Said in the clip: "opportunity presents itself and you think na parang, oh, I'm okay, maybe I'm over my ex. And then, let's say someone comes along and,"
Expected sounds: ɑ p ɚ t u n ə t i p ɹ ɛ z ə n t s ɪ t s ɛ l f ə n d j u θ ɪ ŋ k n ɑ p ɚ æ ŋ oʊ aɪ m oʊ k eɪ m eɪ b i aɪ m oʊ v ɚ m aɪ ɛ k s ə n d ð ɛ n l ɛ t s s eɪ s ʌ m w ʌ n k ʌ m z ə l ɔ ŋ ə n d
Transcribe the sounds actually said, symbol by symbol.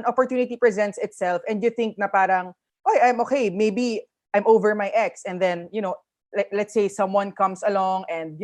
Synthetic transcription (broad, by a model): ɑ p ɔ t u n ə t i p ɹ ɛ z ə n t s ɪ t s ɛ l f ə n d j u θ ɪ ŋ k n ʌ p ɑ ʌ ŋ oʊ aɪ m oʊ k eɪ m eɪ b i aɪ m oʊ v ɚ m aɪ ɛ k s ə n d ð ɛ n l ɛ t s s eɪ s ʌ m w ʌ n k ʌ m s ə l ɔ ŋ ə n d